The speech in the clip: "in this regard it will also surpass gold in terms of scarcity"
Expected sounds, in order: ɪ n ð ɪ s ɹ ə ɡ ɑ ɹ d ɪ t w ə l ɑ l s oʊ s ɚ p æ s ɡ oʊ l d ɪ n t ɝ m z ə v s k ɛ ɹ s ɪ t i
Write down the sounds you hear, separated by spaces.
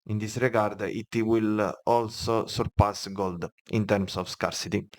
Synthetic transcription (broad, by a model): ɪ n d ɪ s ɹ ə ɡ ɑ ɹ d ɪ t w ə l ɑ l s oʊ s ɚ p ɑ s ɡ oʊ l d ɪ n t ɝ m s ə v s k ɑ ɹ s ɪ t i